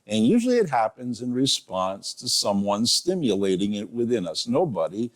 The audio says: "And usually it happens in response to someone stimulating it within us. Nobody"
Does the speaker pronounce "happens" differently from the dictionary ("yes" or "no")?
no